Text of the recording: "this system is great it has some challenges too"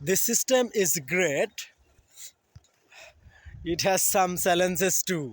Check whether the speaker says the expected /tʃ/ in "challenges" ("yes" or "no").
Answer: no